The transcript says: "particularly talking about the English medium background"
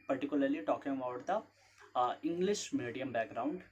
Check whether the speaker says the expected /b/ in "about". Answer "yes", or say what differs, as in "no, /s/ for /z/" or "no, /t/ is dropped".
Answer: no, /b/ is dropped